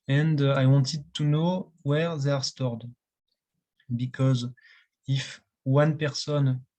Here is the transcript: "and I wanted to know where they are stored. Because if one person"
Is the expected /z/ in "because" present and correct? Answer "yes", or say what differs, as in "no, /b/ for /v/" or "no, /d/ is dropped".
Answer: yes